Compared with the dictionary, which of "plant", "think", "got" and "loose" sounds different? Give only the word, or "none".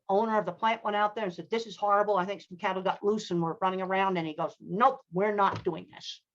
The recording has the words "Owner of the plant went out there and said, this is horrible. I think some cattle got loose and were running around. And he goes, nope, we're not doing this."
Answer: none